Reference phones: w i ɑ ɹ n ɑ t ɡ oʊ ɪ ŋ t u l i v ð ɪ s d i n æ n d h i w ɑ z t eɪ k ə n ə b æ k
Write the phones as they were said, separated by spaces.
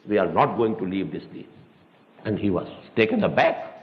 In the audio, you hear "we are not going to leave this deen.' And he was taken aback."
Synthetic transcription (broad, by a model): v i ɑ ɹ n ɑ t ɡ oʊ ɪ ŋ t u l i v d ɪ s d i æ n d h i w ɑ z t eɪ k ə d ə b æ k